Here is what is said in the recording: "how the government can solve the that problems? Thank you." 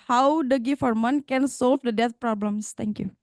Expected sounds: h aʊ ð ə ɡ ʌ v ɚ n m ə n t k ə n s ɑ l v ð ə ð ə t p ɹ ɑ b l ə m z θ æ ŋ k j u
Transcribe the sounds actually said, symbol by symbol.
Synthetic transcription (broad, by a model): h aʊ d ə ɡ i f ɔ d m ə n k ə n s ɑ l v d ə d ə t p ɹ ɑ b l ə m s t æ ŋ k j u